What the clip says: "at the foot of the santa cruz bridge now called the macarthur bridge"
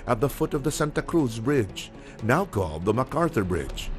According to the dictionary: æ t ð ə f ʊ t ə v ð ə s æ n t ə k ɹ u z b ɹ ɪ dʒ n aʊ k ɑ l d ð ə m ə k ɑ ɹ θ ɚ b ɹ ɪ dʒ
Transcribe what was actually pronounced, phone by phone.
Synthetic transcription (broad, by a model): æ t ð ə f ʊ t ə v ð ə s æ n t ə k ɹ u z b ɹ ɪ dʒ n aʊ k ɑ l d ð ə m ə k ɑ ɹ θ ɚ b ɹ ɪ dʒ